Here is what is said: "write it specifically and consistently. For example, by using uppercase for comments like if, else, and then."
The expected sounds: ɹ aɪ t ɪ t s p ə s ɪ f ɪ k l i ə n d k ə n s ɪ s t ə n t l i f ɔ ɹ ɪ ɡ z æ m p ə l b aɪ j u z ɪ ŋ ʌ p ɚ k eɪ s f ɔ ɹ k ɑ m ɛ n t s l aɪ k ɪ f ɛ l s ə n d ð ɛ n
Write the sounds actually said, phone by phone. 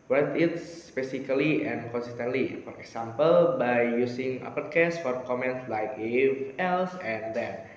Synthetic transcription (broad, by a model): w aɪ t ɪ t s p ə s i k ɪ l i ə n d k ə n s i s t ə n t l i f ɔ ɹ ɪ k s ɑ m p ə l b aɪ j u s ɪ ŋ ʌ p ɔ k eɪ s f ɔ ɹ k ɑ m ɛ n t s l aɪ k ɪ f ɛ l s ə n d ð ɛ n